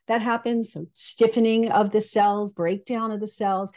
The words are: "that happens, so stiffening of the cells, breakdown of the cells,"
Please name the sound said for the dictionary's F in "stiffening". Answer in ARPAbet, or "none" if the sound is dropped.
F